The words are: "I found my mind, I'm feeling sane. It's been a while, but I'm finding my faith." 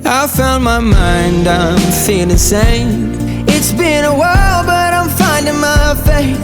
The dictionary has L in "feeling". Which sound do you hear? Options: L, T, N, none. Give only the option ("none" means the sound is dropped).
N